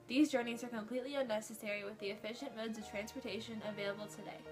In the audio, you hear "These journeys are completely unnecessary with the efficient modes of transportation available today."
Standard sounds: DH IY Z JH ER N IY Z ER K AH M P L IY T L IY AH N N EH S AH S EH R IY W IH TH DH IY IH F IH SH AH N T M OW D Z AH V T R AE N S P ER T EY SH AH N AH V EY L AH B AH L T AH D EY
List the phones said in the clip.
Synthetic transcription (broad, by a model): DH IY Z JH ER N IY Z ER K AH M P L IY T L IY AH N N EH S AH S EH R IY W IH DH IY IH F IH SH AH N M OW D Z AH V T R AE N S P ER T EY SH AH N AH V EY L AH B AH L T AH D EY